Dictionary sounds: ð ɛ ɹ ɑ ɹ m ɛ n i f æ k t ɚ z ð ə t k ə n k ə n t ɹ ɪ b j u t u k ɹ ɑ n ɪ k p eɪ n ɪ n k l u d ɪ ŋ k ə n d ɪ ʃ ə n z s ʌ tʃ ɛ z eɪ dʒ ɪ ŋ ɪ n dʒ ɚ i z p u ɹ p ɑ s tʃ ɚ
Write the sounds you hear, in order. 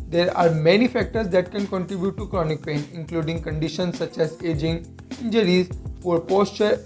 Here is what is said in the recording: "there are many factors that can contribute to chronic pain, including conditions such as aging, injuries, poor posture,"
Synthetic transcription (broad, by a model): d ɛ ɹ ɑ ɹ m ɛ n i f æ k t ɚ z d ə t k ə n k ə n t ɹ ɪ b j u t u k ɹ ɑ n ɪ k p eɪ n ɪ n k l u d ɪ ŋ k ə n d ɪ ʃ ə n s ʌ tʃ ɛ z eɪ dʒ ɪ ŋ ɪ n dʒ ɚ i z f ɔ ɹ p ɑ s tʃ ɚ